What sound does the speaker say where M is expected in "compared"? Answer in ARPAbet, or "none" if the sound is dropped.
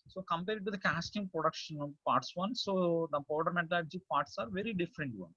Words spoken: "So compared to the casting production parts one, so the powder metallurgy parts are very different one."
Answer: M